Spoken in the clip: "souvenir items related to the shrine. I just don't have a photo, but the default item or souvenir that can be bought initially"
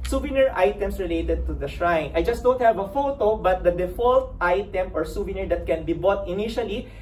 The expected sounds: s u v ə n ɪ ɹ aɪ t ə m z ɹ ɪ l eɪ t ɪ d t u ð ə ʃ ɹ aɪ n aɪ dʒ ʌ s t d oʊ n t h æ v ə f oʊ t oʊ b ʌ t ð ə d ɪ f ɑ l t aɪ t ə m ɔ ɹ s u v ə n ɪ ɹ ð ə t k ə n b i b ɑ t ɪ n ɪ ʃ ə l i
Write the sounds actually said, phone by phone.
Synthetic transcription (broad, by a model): s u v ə n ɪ ɹ aɪ t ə m s ɹ ɪ l eɪ t ɪ d t u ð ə ʃ ɹ aɪ n aɪ dʒ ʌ s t d oʊ n t h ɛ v ə f oʊ t oʊ b ʌ t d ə d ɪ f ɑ l t aɪ t ə m ɔ ɹ s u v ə n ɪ ɹ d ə t k ə n b i b ɑ t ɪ n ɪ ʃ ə l i